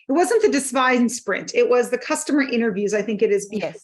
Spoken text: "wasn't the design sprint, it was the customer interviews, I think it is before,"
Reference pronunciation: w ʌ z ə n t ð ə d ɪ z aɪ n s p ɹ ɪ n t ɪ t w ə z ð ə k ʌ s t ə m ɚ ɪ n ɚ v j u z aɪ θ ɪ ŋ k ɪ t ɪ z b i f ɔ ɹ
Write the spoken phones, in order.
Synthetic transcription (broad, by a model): w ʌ z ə n ð ə d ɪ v aɪ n s p ɹ ɪ n t ɪ t w ə z ð ə k ʌ s t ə m ɚ ɪ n ɚ v j u z aɪ θ ɪ ŋ k ɪ t ɪ z b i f